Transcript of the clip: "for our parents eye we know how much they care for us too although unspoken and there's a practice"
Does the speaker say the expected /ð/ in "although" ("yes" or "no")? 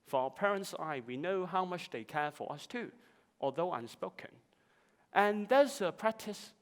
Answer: yes